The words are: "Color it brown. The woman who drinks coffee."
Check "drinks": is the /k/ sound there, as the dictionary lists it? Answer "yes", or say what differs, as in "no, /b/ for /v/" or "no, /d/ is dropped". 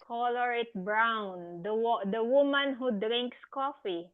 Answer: yes